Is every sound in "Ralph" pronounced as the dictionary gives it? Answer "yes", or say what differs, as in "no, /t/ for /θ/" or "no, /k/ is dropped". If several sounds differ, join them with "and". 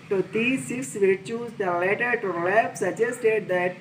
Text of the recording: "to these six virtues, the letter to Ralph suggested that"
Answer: no, /l/ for /ɹ/